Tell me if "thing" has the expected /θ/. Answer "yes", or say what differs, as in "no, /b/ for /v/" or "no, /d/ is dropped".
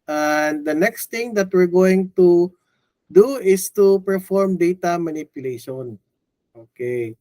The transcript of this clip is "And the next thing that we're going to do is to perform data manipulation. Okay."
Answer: no, /t/ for /θ/